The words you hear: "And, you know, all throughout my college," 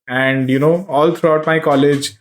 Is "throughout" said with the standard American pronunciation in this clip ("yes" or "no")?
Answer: no